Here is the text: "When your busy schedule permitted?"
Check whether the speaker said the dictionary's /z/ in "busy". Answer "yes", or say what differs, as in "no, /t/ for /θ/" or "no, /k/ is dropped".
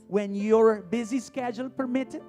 yes